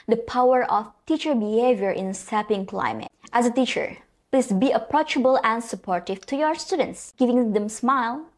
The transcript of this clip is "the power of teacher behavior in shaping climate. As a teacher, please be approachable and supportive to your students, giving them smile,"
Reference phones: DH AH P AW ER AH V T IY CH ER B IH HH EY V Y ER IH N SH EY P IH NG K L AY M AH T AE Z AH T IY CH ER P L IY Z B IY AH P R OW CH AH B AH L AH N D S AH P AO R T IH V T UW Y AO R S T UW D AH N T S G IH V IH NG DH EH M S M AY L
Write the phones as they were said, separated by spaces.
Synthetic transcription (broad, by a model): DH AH P AW ER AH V T IY CH ER B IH HH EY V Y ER IH N S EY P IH NG K L AY M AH T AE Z AH T IY CH ER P L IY S B IY AH P R OW CH AH B AH L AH N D S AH P AO R T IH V T UW Y AO R S T UW D AH N T S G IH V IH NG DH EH M S M AY L